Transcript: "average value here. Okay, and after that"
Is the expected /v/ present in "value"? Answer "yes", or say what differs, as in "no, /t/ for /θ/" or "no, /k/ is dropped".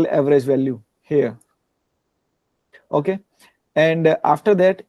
yes